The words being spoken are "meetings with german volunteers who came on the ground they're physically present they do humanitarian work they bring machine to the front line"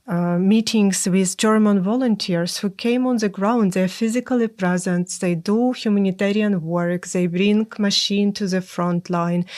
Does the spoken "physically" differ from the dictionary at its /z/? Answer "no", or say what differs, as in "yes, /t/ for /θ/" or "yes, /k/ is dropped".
no